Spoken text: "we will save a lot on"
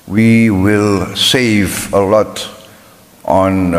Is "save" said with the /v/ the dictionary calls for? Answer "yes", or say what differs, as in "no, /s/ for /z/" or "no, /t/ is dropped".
yes